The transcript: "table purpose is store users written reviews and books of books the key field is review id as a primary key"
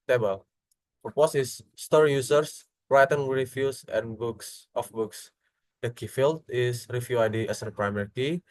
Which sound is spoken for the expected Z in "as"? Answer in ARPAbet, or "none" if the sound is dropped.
S